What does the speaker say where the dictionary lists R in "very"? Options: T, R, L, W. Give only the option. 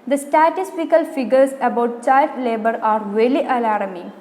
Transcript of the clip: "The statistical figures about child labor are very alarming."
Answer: L